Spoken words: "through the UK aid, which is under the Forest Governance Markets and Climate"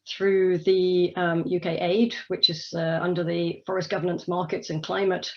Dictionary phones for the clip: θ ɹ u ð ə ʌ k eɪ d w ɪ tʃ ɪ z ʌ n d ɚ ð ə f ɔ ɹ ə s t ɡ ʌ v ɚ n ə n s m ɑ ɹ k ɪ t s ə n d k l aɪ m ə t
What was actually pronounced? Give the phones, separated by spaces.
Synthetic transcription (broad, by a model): θ ɹ u ð ə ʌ k eɪ d w ɪ tʃ ɪ z ʌ n d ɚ ð ə f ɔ ɹ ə s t ɡ ʌ v ɚ n ə n s m ɑ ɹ k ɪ t s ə n k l aɪ m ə t